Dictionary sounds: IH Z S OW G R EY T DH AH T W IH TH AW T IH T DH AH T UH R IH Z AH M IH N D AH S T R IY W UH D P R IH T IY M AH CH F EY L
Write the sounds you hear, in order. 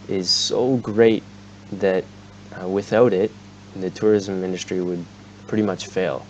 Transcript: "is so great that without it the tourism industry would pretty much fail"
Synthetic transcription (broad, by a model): IH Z S OW G R EY T DH AH T W IH TH AW T IH T DH AH T UH R IH Z AH M IH N D AH S T R IY W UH D P R IH T IY M AH CH F EY L